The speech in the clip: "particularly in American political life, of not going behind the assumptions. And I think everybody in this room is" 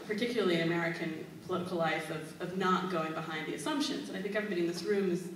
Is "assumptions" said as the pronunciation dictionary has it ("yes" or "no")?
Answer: yes